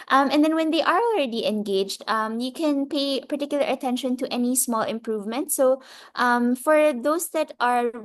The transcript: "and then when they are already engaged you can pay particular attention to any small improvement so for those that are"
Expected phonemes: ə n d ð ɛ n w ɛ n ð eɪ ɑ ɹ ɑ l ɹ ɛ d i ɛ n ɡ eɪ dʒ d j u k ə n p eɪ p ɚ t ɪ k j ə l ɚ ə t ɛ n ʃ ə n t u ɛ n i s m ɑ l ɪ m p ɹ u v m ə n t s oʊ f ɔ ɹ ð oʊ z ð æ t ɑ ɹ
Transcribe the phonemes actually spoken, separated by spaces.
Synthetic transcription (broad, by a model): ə n d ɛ n w ɛ n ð eɪ ɑ ɹ ɑ l ɹ ɛ d i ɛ n ɡ eɪ dʒ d j u k ə n p eɪ p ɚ t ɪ k j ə l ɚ ə t ɛ n ʃ ə n t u ɛ n i s m ɑ l ɪ m p ɹ u v m ə n t s oʊ f ɔ ɹ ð oʊ s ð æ t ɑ ɹ